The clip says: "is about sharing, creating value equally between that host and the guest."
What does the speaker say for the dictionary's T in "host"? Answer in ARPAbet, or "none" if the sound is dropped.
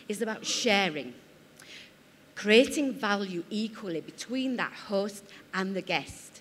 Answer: T